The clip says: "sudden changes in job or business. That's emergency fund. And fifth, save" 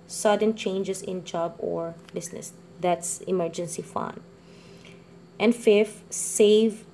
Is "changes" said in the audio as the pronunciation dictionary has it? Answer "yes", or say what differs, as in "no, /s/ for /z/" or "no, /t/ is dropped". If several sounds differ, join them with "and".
no, /s/ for /z/